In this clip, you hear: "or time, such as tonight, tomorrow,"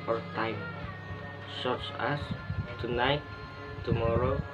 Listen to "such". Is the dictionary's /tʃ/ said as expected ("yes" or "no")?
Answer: no